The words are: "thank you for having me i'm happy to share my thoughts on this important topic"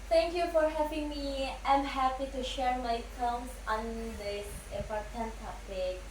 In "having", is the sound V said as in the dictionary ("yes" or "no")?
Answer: no